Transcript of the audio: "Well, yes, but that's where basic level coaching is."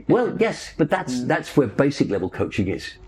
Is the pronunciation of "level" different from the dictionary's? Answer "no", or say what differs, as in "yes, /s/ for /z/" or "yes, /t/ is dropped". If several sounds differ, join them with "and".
no